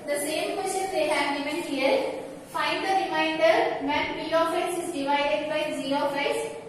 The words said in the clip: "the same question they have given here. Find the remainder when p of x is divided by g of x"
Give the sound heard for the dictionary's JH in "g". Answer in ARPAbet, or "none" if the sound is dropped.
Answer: Z